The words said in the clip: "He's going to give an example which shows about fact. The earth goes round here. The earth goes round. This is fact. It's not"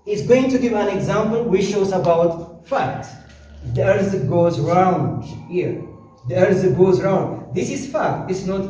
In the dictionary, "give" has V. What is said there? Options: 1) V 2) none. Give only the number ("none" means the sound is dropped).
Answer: 2